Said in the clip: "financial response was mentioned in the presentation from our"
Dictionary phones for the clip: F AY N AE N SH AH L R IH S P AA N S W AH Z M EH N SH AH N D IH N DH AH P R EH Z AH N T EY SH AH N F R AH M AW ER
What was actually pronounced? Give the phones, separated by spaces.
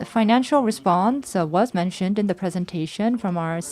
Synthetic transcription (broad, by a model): F AY N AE N SH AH L R IH S P AA N S W AH Z M EH N SH AH N D IH N DH AH P R EH Z AH N T EY SH AH N F R AH M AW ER